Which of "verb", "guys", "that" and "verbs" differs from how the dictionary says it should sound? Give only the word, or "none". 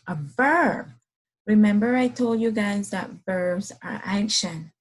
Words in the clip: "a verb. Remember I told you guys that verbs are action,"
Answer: none